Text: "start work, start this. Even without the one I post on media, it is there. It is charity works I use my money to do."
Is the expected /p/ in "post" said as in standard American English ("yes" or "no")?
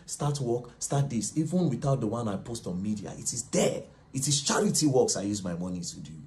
yes